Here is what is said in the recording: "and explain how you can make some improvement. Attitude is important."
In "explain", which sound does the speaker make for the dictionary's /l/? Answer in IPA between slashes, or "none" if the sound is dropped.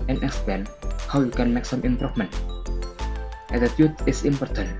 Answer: none